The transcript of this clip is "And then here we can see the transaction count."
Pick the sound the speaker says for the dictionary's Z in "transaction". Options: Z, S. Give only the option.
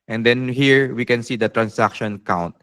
S